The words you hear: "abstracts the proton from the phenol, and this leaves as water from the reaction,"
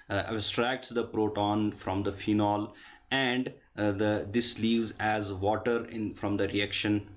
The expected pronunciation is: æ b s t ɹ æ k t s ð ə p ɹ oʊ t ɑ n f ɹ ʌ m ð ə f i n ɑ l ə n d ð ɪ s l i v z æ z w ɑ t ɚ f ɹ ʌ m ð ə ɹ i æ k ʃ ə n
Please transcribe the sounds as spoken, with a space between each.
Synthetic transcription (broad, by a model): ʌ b s t ɹ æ k t s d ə p ɹ oʊ t ɑ n f ɹ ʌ m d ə f i n ɑ l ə n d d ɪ s l i v z æ z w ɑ t ɚ f ɹ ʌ m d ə ɹ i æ k ʃ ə n